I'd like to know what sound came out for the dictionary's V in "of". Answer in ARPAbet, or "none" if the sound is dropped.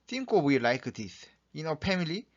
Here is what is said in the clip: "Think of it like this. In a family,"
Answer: W